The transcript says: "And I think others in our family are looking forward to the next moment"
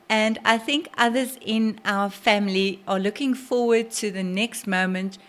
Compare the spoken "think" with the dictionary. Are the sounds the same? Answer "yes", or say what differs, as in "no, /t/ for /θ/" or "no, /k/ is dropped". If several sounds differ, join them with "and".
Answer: yes